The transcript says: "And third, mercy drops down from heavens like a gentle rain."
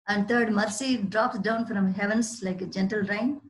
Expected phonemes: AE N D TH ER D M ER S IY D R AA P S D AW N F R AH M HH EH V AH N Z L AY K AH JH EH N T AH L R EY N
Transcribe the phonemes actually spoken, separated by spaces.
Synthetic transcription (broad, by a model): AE N D T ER D M ER S IY D R AA P S D AW N F R AH M HH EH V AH N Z L AY K AH JH EH N T AH L R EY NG